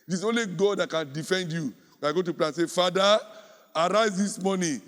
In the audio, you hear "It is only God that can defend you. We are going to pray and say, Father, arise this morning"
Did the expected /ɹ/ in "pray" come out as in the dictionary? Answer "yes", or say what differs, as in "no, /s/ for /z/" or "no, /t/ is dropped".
no, /l/ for /ɹ/